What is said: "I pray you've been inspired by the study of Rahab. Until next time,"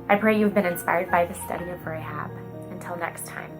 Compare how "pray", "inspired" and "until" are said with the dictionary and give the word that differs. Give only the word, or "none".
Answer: none